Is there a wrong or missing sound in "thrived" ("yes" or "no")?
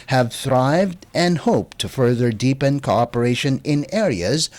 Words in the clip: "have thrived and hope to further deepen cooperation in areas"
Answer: no